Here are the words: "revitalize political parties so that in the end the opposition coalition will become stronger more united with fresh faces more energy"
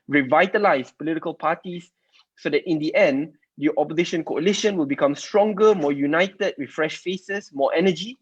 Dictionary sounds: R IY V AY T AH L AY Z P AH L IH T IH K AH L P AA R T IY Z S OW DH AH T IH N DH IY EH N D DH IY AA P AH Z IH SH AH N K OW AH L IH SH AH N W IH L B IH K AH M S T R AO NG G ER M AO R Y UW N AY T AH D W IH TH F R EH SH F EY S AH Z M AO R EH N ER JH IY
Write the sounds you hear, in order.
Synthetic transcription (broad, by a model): R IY V AY T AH L AY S P AH L IH T IH K AH L P AA T IY S OW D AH T IH N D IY EH N D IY AA P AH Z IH SH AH N K OW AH L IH SH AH N W IH L B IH K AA M S T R AO NG G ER M AO Y UW N AY T AH D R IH F R EH SH F EY S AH S M AO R EH N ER JH IY